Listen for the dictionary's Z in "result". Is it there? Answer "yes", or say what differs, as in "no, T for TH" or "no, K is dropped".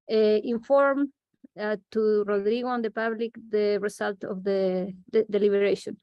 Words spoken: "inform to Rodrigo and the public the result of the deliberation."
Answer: no, S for Z